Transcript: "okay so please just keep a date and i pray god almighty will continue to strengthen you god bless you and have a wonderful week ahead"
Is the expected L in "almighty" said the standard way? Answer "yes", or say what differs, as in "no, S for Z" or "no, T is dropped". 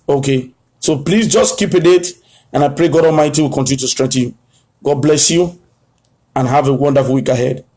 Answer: yes